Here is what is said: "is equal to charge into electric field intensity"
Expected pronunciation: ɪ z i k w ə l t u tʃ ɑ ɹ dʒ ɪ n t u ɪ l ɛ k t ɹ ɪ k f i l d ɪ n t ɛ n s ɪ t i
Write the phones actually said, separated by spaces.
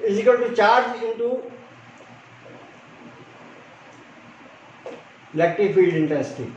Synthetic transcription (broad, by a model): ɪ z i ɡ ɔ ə n t u tʃ ɑ ɹ dʒ ɪ n t u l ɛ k t ɪ f i l d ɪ n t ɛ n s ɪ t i